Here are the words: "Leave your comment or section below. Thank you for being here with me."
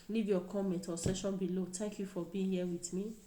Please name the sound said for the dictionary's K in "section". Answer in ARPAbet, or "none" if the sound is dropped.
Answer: none